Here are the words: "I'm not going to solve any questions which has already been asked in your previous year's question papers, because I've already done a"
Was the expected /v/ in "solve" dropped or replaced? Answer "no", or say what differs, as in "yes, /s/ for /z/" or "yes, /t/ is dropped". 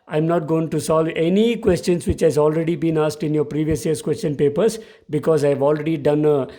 no